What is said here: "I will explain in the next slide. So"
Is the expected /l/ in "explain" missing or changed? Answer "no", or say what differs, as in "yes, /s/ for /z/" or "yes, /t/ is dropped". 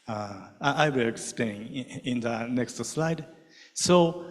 yes, /l/ is dropped